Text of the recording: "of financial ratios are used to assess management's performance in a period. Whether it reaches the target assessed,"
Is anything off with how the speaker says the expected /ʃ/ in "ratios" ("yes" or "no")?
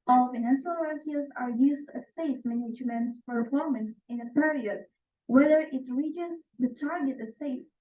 yes